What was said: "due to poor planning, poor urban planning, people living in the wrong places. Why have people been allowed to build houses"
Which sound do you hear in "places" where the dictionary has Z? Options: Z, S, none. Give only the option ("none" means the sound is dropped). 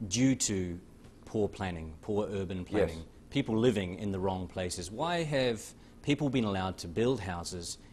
Z